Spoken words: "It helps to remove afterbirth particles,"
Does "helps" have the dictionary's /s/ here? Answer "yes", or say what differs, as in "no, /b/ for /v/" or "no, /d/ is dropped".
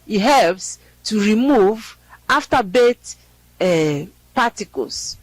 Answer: yes